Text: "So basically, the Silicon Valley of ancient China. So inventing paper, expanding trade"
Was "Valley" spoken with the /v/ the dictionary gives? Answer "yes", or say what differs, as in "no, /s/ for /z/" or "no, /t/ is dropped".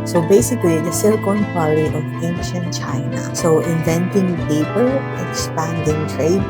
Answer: no, /p/ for /v/